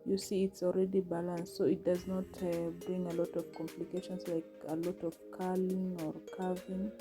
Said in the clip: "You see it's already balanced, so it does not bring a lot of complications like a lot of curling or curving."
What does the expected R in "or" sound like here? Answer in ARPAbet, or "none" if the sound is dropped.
R